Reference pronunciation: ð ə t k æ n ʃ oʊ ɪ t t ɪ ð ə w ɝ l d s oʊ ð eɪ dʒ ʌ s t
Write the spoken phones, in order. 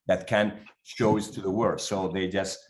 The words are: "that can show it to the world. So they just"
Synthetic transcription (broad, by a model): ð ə t k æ n ʃ oʊ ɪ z t ɪ ð ə w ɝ d s oʊ ð eɪ dʒ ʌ s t